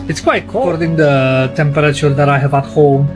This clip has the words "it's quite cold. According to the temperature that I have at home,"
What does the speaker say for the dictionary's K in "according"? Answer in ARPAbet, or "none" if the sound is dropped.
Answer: none